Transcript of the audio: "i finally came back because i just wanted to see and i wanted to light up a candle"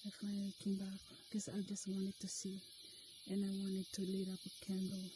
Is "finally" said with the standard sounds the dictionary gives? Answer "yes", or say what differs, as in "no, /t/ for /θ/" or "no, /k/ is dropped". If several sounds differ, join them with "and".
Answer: no, /l/ is dropped